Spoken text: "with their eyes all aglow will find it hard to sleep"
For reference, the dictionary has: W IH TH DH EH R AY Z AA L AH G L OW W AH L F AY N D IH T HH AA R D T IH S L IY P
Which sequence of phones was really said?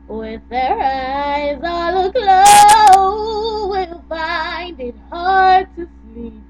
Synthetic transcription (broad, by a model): W IH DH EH R AY Z AA L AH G L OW W AH L F AY N D IH T HH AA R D T IH S L IY P